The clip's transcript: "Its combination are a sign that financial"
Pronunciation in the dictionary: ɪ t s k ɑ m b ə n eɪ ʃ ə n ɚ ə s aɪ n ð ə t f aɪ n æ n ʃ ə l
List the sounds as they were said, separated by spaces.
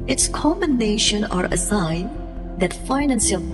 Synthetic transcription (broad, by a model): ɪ t s k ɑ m ə n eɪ ʃ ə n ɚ ə s aɪ n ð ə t f aɪ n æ n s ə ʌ